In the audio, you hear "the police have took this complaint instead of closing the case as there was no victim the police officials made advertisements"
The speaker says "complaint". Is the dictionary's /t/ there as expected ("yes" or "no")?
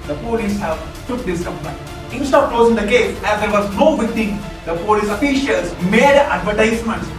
no